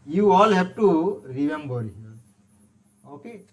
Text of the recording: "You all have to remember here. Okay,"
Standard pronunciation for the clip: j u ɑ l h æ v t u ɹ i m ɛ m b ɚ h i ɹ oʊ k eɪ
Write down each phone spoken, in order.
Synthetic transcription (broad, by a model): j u ɑ l h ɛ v t u ɹ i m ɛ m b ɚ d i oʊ k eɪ